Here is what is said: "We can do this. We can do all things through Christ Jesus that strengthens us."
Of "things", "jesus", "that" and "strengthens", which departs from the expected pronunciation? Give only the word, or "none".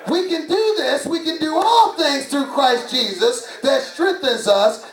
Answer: none